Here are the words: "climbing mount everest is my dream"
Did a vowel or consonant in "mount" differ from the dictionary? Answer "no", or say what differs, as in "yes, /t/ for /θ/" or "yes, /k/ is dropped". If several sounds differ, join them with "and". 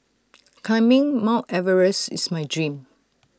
yes, /n/ is dropped